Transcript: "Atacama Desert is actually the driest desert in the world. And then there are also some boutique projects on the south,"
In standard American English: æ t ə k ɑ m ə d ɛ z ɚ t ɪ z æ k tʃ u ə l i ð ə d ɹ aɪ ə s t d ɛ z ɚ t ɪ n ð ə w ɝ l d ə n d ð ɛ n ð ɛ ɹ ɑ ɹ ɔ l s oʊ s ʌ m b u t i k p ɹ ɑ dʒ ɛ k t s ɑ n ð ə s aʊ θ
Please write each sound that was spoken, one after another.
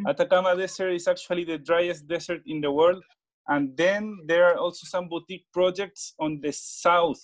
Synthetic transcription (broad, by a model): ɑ t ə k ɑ m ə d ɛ s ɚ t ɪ s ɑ k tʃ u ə l i ð ə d ɹ aɪ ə s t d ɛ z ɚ t ɪ n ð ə w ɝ l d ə n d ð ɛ n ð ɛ ɹ ɑ ɹ ɔ l s oʊ s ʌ m b u t i k p ɹ ɑ dʒ ɛ k t s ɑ n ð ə s aʊ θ